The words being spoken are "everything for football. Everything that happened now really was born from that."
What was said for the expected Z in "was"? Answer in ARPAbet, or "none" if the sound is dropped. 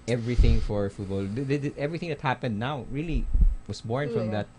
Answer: S